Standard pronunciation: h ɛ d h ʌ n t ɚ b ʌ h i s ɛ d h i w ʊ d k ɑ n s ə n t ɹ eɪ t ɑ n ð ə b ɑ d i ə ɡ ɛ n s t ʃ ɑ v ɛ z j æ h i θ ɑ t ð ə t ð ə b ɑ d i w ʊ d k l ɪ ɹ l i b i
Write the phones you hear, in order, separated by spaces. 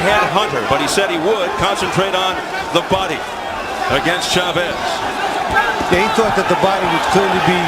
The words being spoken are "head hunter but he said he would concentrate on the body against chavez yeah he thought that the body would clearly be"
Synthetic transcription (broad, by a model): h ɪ d h ʌ n t ɚ b ʌ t i s ɛ d h i w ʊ d k ɑ n s ə n t ɹ eɪ t n ð ə b ɑ d i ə ɡ ɛ n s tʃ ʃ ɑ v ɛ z j æ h i θ ɑ t ð ə t ð ə b ɑ d i w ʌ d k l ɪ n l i b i